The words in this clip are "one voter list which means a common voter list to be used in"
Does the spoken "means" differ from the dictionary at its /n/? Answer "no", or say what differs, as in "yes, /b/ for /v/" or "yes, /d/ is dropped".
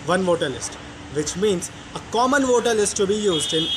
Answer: no